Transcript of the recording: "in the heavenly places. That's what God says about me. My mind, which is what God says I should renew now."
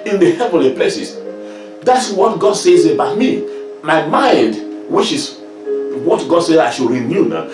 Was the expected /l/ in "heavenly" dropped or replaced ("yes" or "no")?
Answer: no